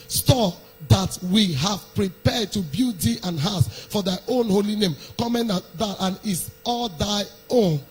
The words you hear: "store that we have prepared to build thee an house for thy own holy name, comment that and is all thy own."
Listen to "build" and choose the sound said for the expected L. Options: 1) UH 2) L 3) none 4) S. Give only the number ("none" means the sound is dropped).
3